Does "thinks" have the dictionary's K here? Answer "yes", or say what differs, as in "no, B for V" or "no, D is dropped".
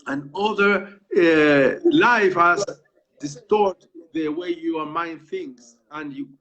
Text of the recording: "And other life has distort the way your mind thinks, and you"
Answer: no, K is dropped